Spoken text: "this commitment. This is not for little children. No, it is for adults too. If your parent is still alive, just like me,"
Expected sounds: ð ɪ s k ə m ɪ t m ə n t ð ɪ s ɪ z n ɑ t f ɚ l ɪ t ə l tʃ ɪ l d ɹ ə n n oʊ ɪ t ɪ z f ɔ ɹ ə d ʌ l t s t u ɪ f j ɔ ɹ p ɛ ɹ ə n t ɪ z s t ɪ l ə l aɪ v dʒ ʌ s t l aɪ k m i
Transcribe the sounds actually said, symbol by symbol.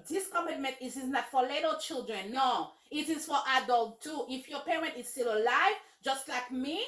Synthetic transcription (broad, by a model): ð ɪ s k ə m ɪ t m ə n t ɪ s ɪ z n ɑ t f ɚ l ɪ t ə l tʃ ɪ l d ɹ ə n n oʊ ɪ t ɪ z f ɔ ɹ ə d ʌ l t t u ɪ f j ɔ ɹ p ɛ ɹ ə n t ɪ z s t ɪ l ə l aɪ v dʒ ʌ s t l aɪ k m i